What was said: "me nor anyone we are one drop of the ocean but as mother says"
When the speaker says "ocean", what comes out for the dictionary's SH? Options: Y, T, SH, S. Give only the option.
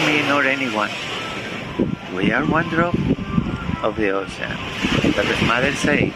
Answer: S